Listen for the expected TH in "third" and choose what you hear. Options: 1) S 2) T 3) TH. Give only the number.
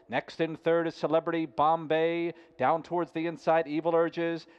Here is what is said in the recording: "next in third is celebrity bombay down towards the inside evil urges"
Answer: 3